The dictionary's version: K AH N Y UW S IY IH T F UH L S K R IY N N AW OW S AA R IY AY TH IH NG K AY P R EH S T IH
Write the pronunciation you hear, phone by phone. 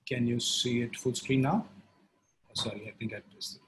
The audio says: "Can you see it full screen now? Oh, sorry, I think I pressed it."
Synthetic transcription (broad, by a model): K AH N Y UW S IY IH T F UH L S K R IY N N AW S AA R IY AY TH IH NG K AY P EH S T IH